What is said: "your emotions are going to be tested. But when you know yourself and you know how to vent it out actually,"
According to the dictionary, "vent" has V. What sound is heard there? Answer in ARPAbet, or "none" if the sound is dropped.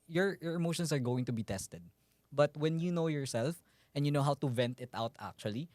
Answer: V